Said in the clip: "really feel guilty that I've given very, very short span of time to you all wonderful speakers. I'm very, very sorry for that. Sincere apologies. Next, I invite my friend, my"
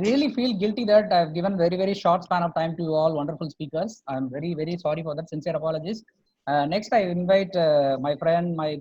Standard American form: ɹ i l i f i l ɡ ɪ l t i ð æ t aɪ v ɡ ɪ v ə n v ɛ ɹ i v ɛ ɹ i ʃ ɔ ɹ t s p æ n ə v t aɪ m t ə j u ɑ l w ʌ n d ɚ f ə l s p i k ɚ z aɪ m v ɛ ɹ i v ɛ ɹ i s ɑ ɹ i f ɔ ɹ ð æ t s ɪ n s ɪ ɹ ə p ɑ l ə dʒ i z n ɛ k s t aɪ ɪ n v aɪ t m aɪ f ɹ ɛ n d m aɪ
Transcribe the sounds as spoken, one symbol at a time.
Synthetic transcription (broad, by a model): ɹ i l i f i l ɡ ɪ l t i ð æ t aɪ v ɡ ɪ v ə n v ɛ ɹ i v ɛ ɹ i ʃ ɔ ɹ t s p æ n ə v t aɪ m t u ɑ l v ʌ n d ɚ f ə l s p i k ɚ s aɪ m v ɛ ɹ i v ɛ ɹ i s ɑ ɹ i f ɔ ɹ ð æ t s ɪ n s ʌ ɹ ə p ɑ l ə dʒ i s n ɛ k s t aɪ ɪ n v aɪ t m aɪ f ɹ ɛ n d m aɪ